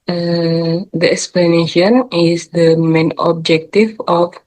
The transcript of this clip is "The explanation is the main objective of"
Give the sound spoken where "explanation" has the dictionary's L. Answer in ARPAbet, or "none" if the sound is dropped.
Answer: L